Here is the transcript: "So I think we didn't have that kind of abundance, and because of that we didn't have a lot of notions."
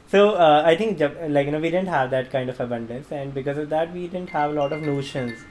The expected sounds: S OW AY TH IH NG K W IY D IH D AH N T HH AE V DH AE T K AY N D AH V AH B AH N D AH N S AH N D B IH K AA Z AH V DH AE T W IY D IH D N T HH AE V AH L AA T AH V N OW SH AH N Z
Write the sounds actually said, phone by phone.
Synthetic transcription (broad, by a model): S OW AY T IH NG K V IY D IH D AH N T HH AE V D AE T K AY N D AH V AH B AH N D AH N S AH N D B IH K AA Z AH V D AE T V IY D IH D N T HH AE V AH L AA T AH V N OW SH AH N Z